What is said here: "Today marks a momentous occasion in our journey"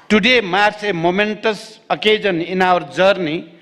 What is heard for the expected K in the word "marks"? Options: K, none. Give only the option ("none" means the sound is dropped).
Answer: none